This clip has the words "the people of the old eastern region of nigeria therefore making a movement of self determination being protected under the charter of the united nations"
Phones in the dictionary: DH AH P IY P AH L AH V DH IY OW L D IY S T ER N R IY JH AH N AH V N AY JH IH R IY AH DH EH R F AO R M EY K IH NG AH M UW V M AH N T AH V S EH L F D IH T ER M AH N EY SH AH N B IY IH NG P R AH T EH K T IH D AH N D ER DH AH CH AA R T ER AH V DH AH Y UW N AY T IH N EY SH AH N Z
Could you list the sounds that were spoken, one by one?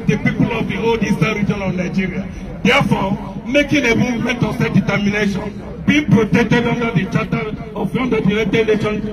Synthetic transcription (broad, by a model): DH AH P IY P AH L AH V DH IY OW L D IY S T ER R IY JH AH N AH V N AY JH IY R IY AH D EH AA F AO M EY K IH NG AH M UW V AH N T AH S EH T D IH T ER M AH N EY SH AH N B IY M P R AH T EH K T IH D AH N D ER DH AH CH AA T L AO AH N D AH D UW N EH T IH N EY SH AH N